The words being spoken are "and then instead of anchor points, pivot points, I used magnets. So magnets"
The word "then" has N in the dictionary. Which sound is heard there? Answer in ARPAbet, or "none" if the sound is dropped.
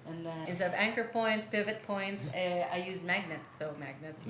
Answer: none